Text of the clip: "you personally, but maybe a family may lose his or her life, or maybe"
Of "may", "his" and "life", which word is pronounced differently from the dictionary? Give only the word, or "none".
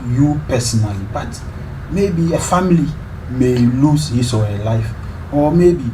his